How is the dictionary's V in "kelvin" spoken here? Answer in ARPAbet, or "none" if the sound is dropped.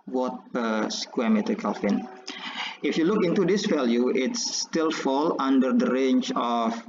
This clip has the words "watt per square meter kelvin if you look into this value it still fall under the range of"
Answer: F